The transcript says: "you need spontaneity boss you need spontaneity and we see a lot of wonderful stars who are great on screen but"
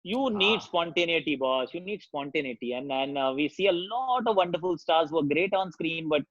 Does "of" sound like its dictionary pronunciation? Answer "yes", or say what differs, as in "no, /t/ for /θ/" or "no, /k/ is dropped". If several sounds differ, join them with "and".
yes